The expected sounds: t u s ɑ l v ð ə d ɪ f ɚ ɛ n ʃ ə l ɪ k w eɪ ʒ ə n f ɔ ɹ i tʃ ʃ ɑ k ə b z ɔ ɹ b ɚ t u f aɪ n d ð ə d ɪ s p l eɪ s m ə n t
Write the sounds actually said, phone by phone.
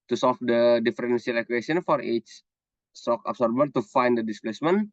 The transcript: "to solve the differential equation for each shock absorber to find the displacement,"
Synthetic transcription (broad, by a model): t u s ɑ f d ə d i f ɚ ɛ n s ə l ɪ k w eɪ s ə n f ɔ ɹ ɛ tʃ s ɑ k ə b s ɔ ɹ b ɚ t u f aɪ n d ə d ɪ s p l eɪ s m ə n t